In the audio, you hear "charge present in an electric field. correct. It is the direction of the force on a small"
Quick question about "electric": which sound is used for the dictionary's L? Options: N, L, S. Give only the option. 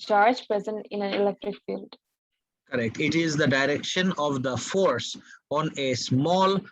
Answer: L